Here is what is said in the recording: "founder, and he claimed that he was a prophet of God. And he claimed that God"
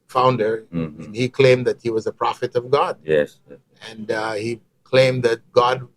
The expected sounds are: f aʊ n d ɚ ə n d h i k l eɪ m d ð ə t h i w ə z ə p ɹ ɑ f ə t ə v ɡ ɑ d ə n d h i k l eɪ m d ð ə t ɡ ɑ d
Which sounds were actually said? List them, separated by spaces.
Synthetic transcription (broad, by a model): f aʊ n d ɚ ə n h i k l eɪ m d ð ə t h i w ə z ə p ɹ ɑ f ə t ə v ɡ ɑ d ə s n h i k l eɪ m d ð ə t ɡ ɑ d